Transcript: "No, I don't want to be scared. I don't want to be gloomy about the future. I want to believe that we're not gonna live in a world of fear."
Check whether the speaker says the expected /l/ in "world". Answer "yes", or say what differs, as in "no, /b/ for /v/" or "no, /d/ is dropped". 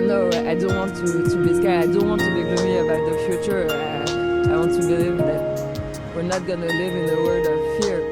no, /l/ is dropped